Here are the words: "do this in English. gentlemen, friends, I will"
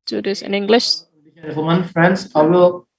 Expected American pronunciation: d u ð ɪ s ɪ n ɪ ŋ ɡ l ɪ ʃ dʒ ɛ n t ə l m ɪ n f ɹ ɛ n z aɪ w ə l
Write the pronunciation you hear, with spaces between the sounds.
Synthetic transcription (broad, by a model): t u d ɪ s ɪ n ɪ ŋ ɡ l ɪ ʃ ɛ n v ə m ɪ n f ɹ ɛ n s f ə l